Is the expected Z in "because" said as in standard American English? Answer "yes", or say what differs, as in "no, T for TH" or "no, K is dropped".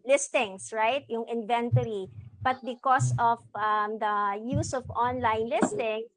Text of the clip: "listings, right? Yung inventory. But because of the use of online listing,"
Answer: no, S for Z